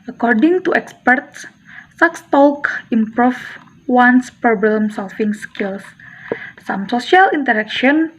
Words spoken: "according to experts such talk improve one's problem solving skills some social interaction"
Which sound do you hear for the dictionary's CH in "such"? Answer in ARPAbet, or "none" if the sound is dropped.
S